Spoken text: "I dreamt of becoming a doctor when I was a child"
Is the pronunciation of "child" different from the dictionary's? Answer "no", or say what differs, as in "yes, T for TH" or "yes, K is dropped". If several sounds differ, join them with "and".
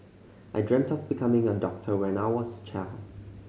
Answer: yes, D is dropped